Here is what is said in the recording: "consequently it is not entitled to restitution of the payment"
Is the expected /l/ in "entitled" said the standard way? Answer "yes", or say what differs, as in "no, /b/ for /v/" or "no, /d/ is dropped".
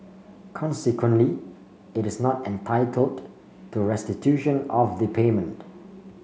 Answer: yes